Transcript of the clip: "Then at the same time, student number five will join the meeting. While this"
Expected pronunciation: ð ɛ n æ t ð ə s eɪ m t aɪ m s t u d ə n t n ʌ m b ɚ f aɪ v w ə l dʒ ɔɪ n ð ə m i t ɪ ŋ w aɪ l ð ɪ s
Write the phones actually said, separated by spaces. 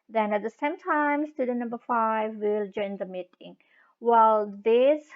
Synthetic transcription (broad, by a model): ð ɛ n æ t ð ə s eɪ m t aɪ m s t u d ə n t n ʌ m b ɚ f aɪ v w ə l dʒ ɔɪ n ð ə m i t ɪ ŋ w aɪ l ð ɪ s